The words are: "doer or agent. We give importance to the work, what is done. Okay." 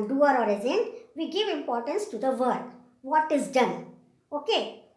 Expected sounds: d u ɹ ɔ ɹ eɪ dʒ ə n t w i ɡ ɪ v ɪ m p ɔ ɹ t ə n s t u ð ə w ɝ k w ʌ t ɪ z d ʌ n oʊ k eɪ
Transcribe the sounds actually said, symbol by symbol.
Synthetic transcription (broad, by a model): d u ɹ ɔ ɹ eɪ z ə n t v i ɡ ɪ v ɪ m p ɔ ɹ t ə n s t u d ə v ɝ k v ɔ t ɪ z d ʌ n oʊ k eɪ